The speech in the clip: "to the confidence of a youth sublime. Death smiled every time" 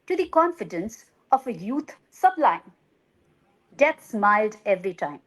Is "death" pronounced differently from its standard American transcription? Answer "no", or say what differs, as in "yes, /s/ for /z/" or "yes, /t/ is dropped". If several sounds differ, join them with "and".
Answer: yes, /t/ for /θ/